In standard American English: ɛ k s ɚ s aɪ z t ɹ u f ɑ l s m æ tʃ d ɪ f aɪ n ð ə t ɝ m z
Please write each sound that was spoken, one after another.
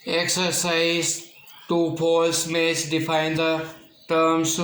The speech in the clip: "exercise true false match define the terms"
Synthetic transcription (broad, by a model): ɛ k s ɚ s aɪ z t u p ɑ l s m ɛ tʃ d ɪ f aɪ n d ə t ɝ m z